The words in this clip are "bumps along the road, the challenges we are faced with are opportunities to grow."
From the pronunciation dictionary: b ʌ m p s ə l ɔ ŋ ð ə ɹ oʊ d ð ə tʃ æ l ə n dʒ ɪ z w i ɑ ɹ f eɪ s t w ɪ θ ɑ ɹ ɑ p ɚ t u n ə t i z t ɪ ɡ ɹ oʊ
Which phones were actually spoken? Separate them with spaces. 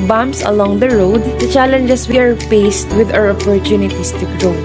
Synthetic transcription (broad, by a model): b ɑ m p s ə l ɔ ŋ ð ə ɹ oʊ d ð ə tʃ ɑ l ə n dʒ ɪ s w i ɑ ɹ p eɪ s t w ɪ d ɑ ɹ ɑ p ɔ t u n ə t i s t ɪ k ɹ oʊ